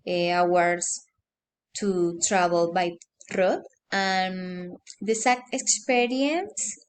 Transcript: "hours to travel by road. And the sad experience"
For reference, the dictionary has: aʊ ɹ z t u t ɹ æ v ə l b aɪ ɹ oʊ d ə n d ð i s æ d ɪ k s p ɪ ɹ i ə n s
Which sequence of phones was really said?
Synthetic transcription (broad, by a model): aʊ ɹ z t u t ɹ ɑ b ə l b aɪ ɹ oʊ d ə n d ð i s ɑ ɪ k s p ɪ ɹ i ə n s